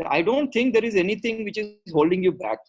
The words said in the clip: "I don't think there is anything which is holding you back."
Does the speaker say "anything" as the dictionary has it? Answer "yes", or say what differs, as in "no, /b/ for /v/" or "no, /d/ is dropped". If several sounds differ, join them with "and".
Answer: no, /t/ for /θ/